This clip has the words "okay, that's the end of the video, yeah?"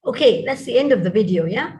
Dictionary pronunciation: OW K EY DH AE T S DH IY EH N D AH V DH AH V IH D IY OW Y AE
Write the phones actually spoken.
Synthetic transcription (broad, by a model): OW K EY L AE T S DH IY EH N D AH V DH AH V IH D IY OW Y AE